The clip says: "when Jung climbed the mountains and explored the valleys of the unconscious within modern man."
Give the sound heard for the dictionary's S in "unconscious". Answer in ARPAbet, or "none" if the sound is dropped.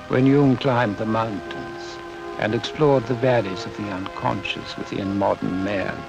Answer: S